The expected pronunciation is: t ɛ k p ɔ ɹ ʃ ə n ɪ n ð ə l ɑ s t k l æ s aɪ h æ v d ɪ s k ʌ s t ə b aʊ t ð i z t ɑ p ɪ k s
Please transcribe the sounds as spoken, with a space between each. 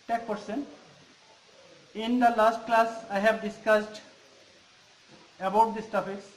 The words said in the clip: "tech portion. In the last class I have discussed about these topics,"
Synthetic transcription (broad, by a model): t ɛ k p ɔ ɹ s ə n ɪ n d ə l ɑ s t k l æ s aɪ h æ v d ɪ s k ʌ s t ə b aʊ t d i s t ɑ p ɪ k s